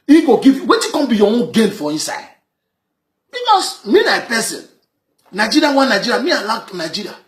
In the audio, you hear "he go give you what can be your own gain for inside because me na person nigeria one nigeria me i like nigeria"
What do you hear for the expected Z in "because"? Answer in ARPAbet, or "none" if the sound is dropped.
S